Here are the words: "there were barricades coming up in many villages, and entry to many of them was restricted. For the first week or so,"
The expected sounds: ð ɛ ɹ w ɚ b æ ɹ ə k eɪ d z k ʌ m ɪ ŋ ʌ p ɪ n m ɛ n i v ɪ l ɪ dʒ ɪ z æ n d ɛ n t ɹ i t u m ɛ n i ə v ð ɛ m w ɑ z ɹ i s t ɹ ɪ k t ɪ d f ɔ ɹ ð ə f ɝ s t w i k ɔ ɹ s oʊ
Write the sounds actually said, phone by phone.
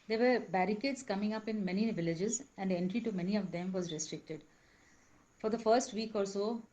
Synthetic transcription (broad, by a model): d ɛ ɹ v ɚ b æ ɹ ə k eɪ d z k ʌ m ɪ ŋ ʌ p ɪ n m ɛ n i v ɪ l ɪ dʒ ɪ z æ n d ɛ n t ɹ i t u m ɛ n i ə v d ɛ m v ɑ z ɹ i s t ɹ ɪ k t ɪ d f ɔ ɹ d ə f ɝ s t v i k ɔ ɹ s oʊ